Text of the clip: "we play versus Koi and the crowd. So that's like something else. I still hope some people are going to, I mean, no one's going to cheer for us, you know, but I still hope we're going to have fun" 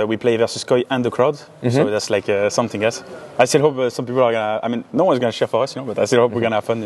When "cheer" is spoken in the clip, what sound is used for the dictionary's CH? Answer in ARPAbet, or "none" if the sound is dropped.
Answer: SH